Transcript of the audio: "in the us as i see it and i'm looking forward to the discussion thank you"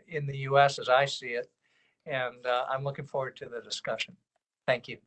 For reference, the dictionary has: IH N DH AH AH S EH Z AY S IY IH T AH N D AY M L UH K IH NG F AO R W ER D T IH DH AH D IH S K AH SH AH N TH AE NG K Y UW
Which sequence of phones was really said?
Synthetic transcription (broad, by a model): IH N DH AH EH S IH Z AY S IY IH T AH N AY M L UH K IH NG F AO R W ER D T IH DH AH D IH S K AH SH AH N TH AE NG K Y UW